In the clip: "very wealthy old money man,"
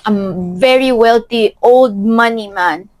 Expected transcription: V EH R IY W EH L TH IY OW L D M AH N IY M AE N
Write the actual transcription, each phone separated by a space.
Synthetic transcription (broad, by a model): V EH R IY W EH L T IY OW L D M AH N IY M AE N